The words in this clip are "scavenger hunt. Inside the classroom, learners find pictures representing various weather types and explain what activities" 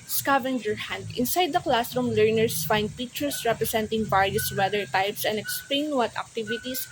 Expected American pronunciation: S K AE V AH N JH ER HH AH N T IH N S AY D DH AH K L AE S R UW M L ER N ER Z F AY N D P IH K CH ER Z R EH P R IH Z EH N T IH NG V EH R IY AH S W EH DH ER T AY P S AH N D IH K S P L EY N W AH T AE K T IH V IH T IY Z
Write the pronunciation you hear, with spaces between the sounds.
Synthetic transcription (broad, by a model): S K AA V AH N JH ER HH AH N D IH N S AY D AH K L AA S R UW M L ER N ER S F AY N D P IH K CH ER S R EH P R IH S EH N T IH NG B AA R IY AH S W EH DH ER T AY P S AH N D IH K S P L EY N W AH T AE K T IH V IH T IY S